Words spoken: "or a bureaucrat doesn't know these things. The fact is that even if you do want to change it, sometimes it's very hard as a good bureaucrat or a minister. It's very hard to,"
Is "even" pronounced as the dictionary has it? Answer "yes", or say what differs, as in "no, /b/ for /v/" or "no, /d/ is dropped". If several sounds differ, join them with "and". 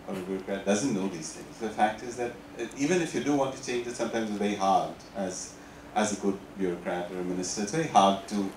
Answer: yes